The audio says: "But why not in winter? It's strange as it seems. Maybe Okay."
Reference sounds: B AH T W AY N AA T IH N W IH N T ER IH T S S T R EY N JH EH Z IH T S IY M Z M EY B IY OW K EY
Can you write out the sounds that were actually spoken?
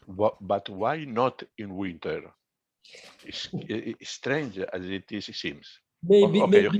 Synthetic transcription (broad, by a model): B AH T W AY N AA T IH N W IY N T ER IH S S T R EY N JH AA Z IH T S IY M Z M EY IY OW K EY